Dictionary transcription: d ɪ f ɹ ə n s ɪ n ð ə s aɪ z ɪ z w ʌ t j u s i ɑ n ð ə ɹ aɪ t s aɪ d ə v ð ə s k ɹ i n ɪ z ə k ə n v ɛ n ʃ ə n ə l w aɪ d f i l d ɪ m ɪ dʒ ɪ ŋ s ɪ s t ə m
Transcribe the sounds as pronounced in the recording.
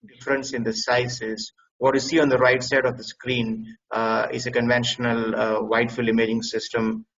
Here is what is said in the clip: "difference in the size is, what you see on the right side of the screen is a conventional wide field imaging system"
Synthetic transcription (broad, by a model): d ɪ f ɹ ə n s ɪ n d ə s aɪ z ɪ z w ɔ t j u s i ɑ n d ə ɹ aɪ t s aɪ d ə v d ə s k ɹ i n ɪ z ə k ə n v ɛ n ʃ ə n ə l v aɪ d f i l ɪ m ɪ dʒ ɪ ŋ s ɪ s t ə m